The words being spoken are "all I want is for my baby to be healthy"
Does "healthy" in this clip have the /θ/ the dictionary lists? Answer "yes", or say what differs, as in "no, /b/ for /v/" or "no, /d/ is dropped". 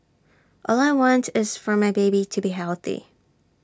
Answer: yes